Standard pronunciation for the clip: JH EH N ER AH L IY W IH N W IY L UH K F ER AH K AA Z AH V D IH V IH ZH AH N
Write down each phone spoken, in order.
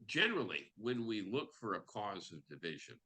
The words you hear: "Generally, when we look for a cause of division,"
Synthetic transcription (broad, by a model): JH EH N ER L IY W IH N W IY L UH K F ER AH K AA Z AH V D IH V IH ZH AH N